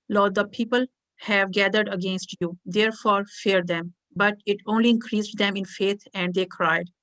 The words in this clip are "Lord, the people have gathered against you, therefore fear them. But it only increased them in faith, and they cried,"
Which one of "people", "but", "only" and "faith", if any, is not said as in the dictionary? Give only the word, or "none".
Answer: faith